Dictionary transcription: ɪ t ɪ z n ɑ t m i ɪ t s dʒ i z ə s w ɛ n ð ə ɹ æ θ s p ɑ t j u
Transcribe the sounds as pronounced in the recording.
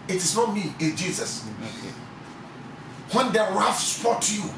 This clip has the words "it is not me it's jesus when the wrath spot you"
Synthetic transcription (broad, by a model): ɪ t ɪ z n ɑ t m i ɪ dʒ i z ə s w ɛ n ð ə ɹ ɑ f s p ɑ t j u